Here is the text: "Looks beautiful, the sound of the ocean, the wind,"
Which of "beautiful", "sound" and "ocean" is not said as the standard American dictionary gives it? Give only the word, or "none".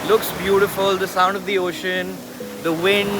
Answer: none